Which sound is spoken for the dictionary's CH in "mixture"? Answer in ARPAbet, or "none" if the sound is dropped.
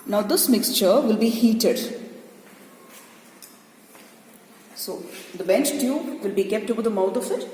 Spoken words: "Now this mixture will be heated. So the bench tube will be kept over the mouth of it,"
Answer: CH